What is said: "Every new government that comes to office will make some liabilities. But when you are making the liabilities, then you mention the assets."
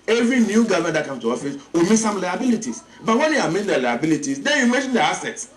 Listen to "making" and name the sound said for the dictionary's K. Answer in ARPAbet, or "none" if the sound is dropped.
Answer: none